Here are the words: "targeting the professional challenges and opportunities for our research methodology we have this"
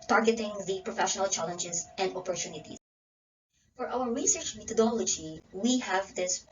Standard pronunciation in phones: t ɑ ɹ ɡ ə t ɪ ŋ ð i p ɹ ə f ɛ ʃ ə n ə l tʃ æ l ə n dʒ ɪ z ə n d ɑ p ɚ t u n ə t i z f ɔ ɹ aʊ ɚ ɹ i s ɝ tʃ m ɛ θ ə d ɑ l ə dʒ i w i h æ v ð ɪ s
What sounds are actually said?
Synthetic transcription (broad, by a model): t ɑ ɹ ɡ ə t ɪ ŋ ð i p ɹ ə f ɛ ʃ ə n ə l tʃ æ l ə n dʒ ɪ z ə n d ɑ p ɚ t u n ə t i f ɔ ɹ aʊ ɚ ɹ i s ɝ tʃ m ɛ t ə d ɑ l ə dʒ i w i h æ v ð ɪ s